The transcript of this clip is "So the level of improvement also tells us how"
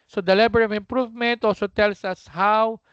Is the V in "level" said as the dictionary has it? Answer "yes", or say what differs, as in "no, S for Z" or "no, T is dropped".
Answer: no, B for V